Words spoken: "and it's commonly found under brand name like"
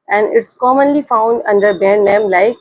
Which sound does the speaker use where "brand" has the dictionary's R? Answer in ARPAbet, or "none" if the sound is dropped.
none